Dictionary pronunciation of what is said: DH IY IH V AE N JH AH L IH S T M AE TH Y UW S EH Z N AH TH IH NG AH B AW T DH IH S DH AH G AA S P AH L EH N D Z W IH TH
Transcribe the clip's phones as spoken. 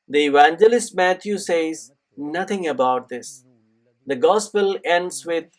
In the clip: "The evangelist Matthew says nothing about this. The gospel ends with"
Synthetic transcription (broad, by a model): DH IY IH V AE N JH AH L IH S T M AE T Y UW S EH Z N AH T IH NG AH B AW T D IH S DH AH G AA S P AH L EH N D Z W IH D